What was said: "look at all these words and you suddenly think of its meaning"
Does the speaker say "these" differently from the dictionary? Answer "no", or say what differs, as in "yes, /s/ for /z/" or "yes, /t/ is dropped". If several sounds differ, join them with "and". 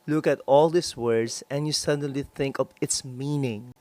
yes, /s/ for /z/